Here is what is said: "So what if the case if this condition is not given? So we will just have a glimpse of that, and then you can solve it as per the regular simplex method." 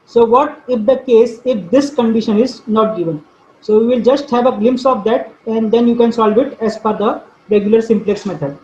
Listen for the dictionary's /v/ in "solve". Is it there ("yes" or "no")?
yes